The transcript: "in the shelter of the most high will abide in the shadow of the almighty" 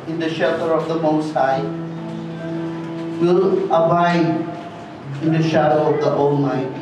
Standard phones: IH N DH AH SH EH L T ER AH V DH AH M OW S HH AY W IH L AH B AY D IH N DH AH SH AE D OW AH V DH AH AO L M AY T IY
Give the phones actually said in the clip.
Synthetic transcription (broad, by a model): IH N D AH SH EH T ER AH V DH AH M OW S HH AY W IH L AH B AY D IH N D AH SH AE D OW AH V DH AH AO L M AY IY